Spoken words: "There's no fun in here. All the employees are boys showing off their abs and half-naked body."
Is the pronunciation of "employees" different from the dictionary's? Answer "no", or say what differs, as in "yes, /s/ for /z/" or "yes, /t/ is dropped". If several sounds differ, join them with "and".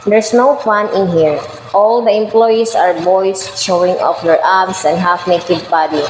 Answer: yes, /s/ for /z/